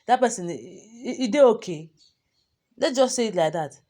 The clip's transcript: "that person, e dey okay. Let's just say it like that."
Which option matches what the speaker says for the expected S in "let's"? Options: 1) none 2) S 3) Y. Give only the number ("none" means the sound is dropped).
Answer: 1